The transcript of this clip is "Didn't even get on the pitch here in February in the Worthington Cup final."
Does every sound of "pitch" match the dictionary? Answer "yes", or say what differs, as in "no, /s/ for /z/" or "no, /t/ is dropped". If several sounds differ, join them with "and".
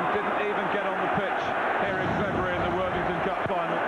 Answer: yes